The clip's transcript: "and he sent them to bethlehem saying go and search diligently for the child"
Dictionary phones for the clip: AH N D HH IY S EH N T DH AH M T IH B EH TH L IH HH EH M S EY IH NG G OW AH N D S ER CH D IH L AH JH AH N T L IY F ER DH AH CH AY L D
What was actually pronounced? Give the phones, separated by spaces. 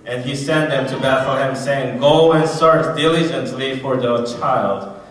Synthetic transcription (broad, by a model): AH N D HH IY S EH N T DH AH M T IH B EH TH L IH HH EH M S EY IH NG G OW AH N S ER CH D IH L AH JH AH N T L IY F ER DH AH CH AY L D